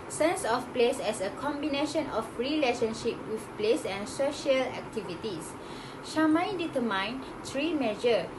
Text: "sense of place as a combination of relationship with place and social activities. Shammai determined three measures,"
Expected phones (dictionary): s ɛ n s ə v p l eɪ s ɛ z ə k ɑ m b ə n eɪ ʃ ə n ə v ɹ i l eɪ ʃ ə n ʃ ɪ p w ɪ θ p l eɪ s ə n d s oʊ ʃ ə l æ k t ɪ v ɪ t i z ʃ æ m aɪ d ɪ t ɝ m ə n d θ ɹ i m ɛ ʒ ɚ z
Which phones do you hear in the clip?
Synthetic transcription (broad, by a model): s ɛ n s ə f p l eɪ s ɛ s ə k ɑ m b ə n eɪ ʃ ə n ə f ɹ i l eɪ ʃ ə n ʃ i p w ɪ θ p l eɪ s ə n s oʊ ʃ ə l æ k t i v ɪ t i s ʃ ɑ m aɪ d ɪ t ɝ m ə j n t ɹ i m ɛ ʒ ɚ